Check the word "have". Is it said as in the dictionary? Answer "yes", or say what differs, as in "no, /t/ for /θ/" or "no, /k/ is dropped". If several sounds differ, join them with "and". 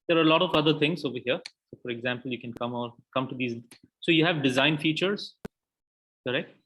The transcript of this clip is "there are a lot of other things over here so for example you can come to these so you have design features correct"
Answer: yes